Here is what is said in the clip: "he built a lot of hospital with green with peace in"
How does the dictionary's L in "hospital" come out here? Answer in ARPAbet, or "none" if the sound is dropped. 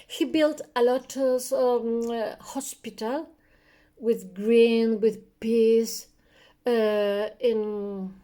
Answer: L